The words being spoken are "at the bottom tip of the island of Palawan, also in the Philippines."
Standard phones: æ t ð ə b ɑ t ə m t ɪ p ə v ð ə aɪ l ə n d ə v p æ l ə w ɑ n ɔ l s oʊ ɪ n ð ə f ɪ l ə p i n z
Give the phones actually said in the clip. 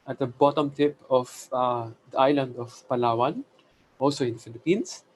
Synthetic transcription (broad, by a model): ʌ t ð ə b ɑ t ə m t ɪ p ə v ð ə aɪ l ə n d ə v p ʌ l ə w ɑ n ɔ l s oʊ ɪ n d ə f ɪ l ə p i n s